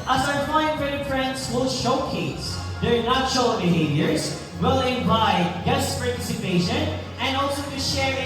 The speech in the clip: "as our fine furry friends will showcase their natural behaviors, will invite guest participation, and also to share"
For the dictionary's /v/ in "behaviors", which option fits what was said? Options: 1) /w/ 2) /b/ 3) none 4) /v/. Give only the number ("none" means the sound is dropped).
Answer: 4